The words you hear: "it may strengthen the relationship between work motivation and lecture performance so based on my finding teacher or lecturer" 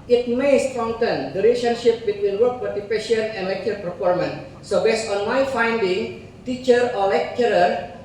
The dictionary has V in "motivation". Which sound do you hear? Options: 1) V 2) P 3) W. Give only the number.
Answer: 2